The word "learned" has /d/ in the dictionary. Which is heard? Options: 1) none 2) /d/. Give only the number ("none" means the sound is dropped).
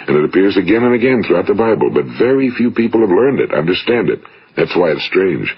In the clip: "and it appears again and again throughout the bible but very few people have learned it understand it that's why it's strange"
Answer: 2